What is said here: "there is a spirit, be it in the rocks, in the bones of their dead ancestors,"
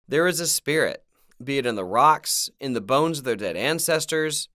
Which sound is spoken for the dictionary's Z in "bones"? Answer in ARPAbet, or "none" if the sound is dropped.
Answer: Z